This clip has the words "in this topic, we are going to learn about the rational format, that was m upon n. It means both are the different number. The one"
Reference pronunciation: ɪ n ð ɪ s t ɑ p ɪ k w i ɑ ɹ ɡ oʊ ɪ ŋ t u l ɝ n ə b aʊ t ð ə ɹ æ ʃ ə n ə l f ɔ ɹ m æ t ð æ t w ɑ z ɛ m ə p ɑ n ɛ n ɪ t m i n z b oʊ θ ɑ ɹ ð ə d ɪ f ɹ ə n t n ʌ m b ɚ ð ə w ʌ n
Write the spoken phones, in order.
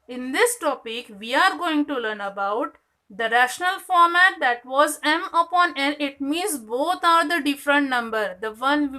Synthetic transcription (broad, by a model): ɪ n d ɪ s t ɑ p ɪ k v i ɑ ɹ ɡ oʊ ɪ ŋ t u l ɝ n ə b aʊ t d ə ɹ æ ʃ ə n ə l f ɔ ɹ m æ t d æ t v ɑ z ɛ m ə p ɑ n ɛ n ɪ t m i n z b oʊ t ɑ ɹ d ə d ɪ f ɹ ə n t n ʌ m b ɚ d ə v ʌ n